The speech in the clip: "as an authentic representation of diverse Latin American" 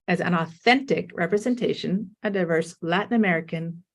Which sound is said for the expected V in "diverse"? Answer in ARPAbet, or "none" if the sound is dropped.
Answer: V